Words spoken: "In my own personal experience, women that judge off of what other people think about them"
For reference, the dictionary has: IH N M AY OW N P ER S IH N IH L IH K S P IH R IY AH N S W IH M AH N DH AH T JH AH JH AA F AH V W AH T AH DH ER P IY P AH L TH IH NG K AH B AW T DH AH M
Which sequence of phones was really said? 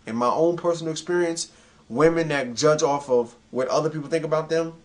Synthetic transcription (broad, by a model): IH N M AY OW N P ER S N L IH K S P IH R IY AH N S W IH M AH N DH AH T JH AH JH AA F AH V W AH T AH DH ER P IY P L TH IH NG K AH B AW T DH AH M